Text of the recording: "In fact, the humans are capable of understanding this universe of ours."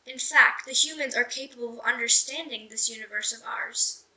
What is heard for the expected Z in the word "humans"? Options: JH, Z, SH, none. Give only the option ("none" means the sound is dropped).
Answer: Z